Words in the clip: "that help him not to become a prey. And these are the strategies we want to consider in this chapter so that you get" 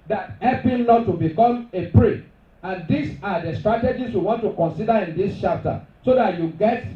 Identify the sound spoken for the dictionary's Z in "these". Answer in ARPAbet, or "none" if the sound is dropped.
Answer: S